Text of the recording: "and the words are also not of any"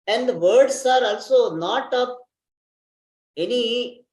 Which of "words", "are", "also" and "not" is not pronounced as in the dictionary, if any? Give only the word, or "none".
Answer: words